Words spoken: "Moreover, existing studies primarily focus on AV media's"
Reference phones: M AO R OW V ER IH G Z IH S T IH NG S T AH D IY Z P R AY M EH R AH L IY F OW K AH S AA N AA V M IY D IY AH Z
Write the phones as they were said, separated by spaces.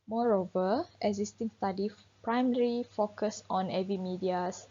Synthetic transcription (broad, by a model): M AO R OW V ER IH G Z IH S T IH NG S T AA D IY P R AY M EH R IY F OW K AH S AA N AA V M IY D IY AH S